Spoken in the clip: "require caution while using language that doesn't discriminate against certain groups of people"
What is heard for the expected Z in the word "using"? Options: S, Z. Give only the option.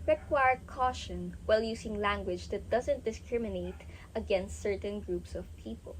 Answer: S